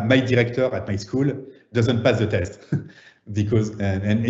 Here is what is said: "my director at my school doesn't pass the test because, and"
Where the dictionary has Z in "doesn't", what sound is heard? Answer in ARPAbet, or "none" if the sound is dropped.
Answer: Z